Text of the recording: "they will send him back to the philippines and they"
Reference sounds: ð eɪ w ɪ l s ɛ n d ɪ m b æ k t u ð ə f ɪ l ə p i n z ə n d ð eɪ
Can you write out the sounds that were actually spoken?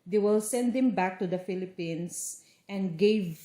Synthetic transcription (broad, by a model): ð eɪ w ɪ l s ɛ n d ɪ m b æ k t u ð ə f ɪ l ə p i n s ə n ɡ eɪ